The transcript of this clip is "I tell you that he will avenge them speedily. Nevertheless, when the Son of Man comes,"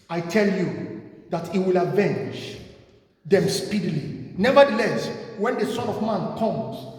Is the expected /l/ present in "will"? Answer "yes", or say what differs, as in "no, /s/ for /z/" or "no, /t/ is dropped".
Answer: yes